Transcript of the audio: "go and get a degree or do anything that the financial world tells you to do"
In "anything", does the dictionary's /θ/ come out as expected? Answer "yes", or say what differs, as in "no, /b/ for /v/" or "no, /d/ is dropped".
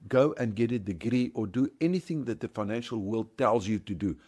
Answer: yes